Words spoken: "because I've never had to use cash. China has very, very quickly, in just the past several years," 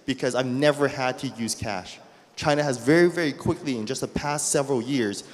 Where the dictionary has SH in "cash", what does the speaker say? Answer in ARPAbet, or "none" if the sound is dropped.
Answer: SH